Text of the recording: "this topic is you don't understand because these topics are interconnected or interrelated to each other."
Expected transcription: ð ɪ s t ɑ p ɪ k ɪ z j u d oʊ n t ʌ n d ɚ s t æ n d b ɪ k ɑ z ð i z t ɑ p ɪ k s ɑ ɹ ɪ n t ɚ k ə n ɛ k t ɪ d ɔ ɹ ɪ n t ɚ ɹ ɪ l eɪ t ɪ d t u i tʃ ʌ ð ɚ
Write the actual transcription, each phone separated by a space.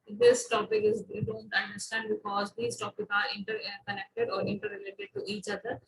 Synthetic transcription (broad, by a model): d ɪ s t ɑ p ɪ k ɪ z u d oʊ n t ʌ n d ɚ s t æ n d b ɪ k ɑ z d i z t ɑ p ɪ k ɑ ɹ ɪ n t ɚ k ə n ɛ k t ɪ d ɔ ɹ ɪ n t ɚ ɹ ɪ l eɪ t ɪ d t u i tʃ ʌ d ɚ